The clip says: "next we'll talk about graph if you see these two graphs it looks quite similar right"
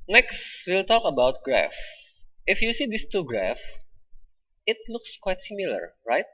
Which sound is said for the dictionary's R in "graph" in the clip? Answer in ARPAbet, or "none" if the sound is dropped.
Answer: R